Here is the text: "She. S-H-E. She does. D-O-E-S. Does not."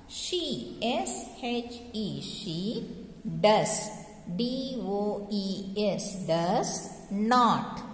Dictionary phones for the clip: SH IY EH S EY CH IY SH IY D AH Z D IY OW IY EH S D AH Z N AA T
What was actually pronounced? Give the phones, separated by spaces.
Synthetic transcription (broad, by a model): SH IY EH S EY CH IY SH IY D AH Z D IY OW IY EH S D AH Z N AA T